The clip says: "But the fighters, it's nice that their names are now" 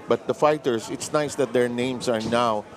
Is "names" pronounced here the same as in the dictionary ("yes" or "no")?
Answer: no